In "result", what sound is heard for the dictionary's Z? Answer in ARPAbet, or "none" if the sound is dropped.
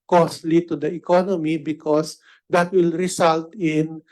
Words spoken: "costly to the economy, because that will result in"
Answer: S